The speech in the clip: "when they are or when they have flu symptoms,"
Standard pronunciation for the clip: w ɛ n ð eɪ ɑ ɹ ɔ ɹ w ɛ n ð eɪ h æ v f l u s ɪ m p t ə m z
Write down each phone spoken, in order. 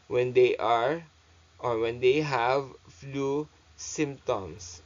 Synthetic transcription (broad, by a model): w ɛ n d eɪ ɑ ɹ ɔ ɹ w ɛ n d eɪ h æ v f l u s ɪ m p t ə m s